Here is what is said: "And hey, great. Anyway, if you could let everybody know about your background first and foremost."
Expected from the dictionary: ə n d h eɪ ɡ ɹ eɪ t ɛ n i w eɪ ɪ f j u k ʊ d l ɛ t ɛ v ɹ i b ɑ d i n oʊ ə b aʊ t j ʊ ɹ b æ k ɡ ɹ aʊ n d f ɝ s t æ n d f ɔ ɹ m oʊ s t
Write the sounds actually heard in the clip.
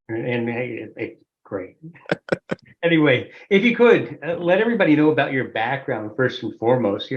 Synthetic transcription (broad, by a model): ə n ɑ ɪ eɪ ɡ ɹ eɪ t ɛ n i w eɪ ɪ f j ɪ k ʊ d l ɛ t ɛ v ɹ i b ɑ d i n oʊ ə b aʊ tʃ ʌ ɹ b æ k ɡ ɹ aʊ n d f ɝ s t n f ɔ ɹ m oʊ s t